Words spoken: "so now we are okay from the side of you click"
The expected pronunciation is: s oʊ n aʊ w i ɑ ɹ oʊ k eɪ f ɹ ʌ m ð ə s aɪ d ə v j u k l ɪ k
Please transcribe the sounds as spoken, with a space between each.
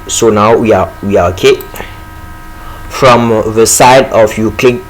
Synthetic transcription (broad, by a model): s oʊ n aʊ w i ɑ w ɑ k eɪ f ɹ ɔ m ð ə s aɪ d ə f j u k l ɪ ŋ